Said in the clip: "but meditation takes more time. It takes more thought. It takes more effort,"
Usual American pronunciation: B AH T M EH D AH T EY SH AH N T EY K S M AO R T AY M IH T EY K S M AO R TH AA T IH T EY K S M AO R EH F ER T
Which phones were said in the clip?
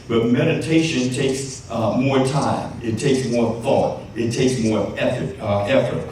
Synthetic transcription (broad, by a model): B AH T M EH D AH T EY SH AH N T EY K S M AO R T AY M IH T EY K S M AO R TH AA T IH T EY K S M AO R EH F ER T